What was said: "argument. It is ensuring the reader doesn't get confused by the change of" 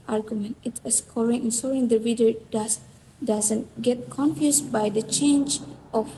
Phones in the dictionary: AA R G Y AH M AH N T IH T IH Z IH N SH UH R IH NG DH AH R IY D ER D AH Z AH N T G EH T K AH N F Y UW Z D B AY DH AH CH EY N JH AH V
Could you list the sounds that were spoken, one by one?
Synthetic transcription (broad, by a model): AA R G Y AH M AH N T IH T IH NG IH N S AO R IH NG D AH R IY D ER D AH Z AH N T G EH T K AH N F Y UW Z B AY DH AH CH EY N JH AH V